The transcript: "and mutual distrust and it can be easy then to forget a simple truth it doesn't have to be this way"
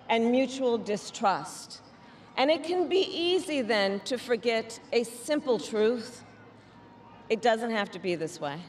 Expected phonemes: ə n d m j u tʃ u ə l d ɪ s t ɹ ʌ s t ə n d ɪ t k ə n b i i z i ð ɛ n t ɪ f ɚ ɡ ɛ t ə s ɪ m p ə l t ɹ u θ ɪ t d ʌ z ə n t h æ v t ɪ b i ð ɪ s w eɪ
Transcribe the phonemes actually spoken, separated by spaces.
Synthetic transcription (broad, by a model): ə n m j u tʃ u l d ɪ s t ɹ ʌ s t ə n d ɪ t k ə n b i i z i ð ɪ n t ɪ f ɚ ɡ ɛ t ə s ɪ m p l t ɹ u θ ɪ t d ʌ z ə n t h æ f t ɪ b i ð ɪ s w eɪ